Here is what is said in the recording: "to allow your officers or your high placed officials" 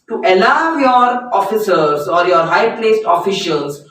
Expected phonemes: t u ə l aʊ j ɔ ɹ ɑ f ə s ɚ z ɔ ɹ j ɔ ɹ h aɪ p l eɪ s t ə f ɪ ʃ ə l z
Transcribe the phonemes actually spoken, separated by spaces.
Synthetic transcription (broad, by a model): t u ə l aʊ j ɔ ɹ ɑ f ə s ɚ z ɔ ɹ j ɔ ɹ h aɪ p l eɪ s t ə f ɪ ʃ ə l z